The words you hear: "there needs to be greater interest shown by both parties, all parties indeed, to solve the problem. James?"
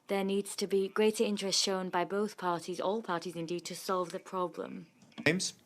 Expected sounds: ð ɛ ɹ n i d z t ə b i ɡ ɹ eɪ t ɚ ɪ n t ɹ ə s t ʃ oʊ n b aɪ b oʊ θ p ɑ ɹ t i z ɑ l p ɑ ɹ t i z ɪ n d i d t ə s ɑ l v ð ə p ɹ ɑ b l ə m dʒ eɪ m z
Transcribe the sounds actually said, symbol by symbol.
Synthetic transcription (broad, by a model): ð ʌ n i d z t ə b i ɡ ɹ eɪ t ɚ ɪ n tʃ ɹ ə s t ʃ oʊ n b aɪ b oʊ θ p ɑ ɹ t i z ɑ l p ɑ t i z ɪ n d i d t ə s ɑ l v ð ə p ɹ ɑ b l ə m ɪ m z